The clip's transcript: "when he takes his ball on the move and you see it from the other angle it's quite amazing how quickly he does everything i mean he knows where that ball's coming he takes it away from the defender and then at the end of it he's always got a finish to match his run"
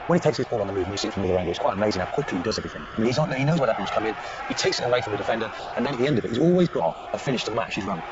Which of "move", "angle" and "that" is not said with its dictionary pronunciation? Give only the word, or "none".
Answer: angle